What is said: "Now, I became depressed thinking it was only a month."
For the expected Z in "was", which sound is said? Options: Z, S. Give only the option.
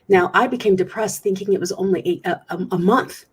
Z